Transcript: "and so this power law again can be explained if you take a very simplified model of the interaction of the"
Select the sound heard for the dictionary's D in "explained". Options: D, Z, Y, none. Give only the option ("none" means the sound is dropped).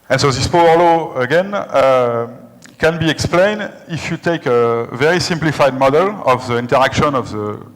D